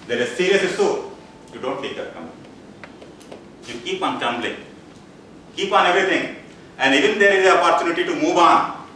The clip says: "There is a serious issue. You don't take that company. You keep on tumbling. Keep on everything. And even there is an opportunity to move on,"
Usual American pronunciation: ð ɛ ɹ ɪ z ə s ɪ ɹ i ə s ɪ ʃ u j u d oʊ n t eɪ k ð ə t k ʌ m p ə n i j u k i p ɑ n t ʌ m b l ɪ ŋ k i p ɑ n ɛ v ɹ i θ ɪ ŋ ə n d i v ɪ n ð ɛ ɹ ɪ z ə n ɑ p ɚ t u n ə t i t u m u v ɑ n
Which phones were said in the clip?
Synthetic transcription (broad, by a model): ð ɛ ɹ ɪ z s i ɹ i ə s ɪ s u j u d oʊ n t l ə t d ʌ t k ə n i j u k i p ɑ n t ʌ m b l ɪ k i p ɑ n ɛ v ɹ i t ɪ ŋ ə n d i v ɪ n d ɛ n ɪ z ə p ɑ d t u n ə t i t u m u v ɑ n